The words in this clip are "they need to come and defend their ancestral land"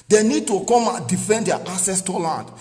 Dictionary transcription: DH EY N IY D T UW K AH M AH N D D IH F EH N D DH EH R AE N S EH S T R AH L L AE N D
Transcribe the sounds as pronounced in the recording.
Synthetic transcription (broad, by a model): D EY N IY D T UW K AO M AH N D D IH F EH N D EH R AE S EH S T AH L L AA N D